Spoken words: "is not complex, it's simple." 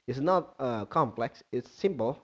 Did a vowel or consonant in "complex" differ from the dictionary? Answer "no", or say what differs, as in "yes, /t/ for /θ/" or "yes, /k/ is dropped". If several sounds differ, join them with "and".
no